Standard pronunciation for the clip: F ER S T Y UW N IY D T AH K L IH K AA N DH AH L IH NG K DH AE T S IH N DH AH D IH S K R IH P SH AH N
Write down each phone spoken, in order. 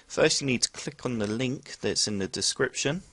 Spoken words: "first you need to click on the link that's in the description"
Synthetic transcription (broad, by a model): F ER S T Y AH N IY D T AH K L IH K N DH AH L IH NG K DH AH T S IH N DH AH D IH S K R IH P SH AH N